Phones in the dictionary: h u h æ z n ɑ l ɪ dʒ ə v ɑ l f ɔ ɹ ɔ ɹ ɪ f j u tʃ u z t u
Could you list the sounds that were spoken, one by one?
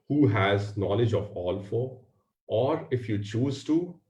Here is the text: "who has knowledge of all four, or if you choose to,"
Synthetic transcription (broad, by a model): h u h æ z n ɑ l ɪ dʒ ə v ɑ l f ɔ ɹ ɔ ɹ ɪ f j u tʃ u z t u